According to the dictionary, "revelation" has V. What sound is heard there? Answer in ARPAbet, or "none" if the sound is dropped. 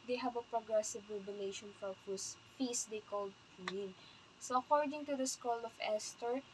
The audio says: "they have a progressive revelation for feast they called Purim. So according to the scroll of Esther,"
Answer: B